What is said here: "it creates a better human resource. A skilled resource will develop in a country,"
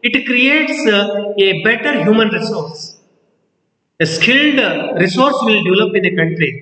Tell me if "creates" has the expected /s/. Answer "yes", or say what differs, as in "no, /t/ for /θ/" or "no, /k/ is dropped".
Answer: yes